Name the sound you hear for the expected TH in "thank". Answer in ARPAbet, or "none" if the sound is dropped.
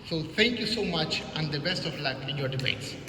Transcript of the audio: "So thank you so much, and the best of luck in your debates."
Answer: T